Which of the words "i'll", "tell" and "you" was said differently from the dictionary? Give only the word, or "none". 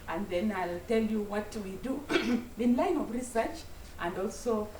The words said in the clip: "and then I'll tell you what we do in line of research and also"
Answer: none